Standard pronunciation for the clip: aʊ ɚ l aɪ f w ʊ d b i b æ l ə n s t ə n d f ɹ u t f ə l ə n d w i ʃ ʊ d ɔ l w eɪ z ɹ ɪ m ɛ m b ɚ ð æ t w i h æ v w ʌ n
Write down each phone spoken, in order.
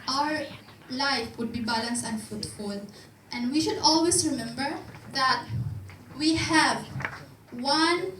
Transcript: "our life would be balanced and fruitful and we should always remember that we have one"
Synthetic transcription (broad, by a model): aʊ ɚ l aɪ f w ʊ d b i b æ l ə n s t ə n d f u t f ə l ə n d w i ʃ ʊ d ɔ l w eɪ s ɹ ɪ m ɛ m b ɚ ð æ t w i h æ v w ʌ n